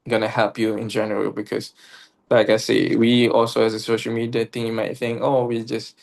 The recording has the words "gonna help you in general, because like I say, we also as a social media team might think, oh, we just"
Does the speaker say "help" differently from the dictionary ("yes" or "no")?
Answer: no